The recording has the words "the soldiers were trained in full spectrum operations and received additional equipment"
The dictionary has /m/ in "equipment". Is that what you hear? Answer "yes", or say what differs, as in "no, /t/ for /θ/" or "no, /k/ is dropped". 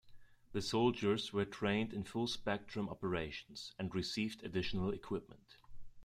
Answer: yes